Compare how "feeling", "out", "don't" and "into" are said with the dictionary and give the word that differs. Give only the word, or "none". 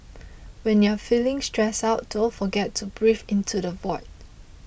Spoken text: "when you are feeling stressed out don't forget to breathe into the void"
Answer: don't